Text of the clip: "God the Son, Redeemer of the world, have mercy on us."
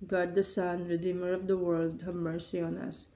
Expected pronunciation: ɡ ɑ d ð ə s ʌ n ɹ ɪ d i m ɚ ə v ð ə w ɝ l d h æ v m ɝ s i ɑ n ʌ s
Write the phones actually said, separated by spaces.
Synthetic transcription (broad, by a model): ɡ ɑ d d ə s ʌ n ɹ ɪ d i m ɚ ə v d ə w ɝ l d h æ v m ɝ s i ɑ n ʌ s